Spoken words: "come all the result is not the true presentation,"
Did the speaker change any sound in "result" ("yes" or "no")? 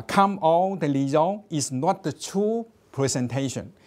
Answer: yes